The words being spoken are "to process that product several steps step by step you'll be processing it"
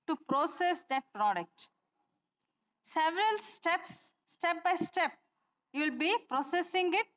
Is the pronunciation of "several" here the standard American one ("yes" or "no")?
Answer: yes